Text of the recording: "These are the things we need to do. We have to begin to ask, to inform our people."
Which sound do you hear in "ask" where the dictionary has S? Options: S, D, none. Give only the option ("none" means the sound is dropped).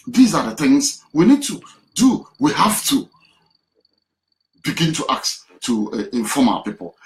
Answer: none